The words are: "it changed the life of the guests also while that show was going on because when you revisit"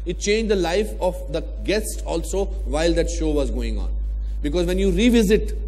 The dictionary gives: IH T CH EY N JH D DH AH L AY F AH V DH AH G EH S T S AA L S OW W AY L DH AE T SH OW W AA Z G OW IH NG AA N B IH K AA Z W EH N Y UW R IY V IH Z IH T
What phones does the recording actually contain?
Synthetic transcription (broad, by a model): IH T CH EY N JH D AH L AY F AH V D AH G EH S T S AA L S OW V AY L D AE T SH OW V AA Z G OW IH NG AA N B IH K AA Z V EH N Y UW R IY V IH Z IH T